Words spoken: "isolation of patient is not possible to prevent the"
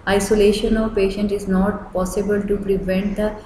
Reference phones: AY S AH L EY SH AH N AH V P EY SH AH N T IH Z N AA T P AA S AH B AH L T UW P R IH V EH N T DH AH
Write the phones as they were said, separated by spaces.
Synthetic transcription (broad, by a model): AY S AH L EY SH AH N AH V P EY SH AH N T IH Z N AA T P AA S AH B AH L T UW P R IH V EH N T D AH